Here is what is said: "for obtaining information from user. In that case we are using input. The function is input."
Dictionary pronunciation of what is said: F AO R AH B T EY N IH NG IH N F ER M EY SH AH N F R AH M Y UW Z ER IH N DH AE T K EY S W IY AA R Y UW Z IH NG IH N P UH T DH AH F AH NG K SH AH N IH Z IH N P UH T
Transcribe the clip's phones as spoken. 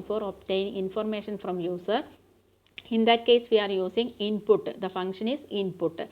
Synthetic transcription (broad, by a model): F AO R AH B T EY IH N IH N F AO M EY SH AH N F R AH M Y UW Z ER IH N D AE T K EY S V IY AA R Y UW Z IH NG IH N P UH T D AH F AH NG K SH AH N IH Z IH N P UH T